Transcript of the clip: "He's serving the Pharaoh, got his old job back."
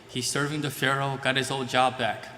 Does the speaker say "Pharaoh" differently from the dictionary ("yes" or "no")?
no